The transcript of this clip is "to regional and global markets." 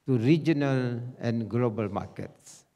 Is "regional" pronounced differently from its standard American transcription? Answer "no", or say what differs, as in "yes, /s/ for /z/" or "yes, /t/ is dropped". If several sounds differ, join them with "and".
no